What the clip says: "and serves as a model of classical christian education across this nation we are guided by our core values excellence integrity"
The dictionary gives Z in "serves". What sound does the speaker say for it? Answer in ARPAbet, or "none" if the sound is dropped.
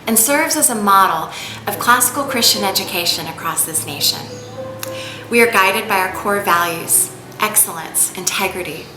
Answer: Z